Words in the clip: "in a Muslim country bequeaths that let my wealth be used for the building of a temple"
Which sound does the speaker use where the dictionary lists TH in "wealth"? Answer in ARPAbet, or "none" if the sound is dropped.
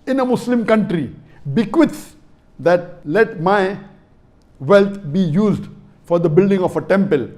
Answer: T